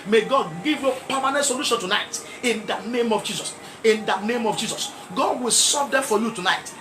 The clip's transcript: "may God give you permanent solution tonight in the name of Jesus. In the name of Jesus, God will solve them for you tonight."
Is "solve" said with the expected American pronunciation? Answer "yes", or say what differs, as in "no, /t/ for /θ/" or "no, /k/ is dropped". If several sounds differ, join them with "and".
no, /l/ is dropped